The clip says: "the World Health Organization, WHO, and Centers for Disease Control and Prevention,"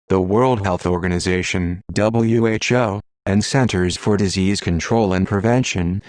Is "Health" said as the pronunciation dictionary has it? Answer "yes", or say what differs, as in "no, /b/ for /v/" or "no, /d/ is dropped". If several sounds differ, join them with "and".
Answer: yes